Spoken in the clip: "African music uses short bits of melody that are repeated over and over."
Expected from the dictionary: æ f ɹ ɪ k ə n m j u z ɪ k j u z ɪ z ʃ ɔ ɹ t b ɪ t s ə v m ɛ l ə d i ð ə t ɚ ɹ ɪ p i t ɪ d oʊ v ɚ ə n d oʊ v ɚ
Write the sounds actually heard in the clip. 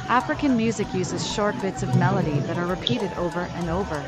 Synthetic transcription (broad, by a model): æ f ɹ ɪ k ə n m j u z ɪ k j u z ɪ z ʃ ɔ ɹ t b ɪ t s ə v m ɛ l ə d i ð ə t ɚ ɹ ɪ p i t ɪ d oʊ v ɚ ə n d oʊ v ɚ